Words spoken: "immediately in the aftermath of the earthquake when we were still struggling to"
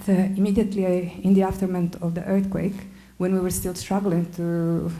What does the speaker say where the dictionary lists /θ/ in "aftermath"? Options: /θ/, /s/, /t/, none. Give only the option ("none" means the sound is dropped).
/t/